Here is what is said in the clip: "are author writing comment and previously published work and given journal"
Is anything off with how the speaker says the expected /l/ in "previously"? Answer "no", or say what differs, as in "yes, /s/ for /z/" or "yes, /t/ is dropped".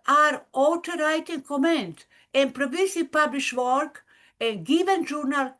yes, /l/ is dropped